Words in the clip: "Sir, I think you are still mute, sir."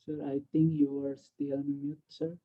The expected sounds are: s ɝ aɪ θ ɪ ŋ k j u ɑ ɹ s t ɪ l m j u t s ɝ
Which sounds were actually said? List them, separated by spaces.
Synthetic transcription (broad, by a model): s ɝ aɪ t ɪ ŋ k j u ɑ ɹ s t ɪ n m j u t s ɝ